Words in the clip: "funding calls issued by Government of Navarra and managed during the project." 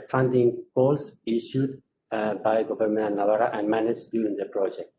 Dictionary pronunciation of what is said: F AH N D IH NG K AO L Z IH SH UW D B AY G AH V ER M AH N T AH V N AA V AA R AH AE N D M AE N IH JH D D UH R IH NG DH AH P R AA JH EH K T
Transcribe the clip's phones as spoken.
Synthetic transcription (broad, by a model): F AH N D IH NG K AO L S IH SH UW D B AY G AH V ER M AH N AH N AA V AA R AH AE N D M AE N IH JH D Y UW R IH NG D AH P R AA JH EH K T